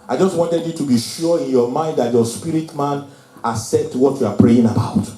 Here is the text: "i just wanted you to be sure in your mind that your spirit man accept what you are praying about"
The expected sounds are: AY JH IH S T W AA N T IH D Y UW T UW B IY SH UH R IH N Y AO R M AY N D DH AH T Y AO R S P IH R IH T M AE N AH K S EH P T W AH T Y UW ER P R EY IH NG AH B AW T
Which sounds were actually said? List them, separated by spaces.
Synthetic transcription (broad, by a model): AY JH IH S T W AA N T IH D Y UW T UW B IY SH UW IH N Y AO M AY N D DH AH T Y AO S P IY R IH T M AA N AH S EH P T W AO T Y UW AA P R EY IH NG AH B AW T